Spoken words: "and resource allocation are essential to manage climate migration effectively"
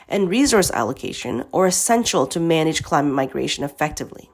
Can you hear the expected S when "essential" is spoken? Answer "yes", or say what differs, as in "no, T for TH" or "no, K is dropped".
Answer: yes